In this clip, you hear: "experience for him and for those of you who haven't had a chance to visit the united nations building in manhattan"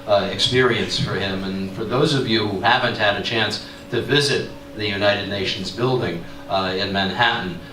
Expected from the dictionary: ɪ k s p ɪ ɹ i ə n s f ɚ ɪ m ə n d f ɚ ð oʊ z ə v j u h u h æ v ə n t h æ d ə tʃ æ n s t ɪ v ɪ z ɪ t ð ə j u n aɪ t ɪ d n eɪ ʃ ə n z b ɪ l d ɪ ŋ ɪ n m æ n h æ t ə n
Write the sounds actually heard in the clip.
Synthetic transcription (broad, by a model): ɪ k s p ɪ ɹ i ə n s f ɚ ɪ m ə n f ɚ ð oʊ z ə v j u h u h æ v ə n t h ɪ d ə tʃ æ n s t ɪ v ɪ z ɪ t ð ə j u n aɪ t ɪ d n eɪ ʃ n z b ɪ l d ɪ ŋ ɪ n m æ n h æ t n